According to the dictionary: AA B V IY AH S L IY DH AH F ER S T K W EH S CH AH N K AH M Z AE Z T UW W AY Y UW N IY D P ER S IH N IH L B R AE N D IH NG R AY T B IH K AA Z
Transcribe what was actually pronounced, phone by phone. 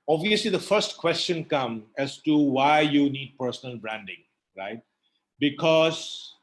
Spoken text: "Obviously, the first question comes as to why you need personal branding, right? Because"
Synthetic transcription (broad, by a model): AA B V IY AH S L IY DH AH F ER S T K W EH S CH AH N K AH M AE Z T UW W AY Y UW N IY D P ER S IH N IH L B R AE N D IH NG R AY T B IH K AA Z